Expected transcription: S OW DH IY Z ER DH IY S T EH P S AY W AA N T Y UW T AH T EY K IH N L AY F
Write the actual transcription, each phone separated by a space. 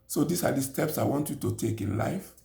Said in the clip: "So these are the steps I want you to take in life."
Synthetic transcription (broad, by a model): S OW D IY S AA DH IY S T EH P S AY W AA N T Y UW T AH T EY K IH N L AY F